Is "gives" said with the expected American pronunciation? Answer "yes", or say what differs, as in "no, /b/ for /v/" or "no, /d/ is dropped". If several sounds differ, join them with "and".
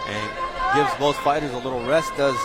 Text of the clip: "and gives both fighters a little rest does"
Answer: yes